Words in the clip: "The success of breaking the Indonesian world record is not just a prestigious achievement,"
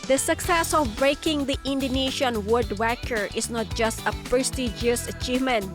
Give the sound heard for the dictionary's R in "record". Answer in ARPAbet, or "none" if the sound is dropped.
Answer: W